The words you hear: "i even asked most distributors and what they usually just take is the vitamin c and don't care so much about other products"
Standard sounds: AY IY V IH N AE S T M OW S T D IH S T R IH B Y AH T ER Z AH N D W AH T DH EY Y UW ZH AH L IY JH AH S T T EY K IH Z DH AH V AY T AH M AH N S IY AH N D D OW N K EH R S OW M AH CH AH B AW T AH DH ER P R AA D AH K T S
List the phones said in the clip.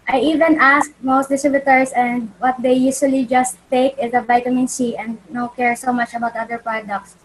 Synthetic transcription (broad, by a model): AY IY V IH N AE S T M OW S T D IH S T R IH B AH T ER S AH N D W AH T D EY Y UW S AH L IY JH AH S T T EY K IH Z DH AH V AY T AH M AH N S IY AH N D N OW K EH R S OW M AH CH AH B AW T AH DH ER P R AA D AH K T S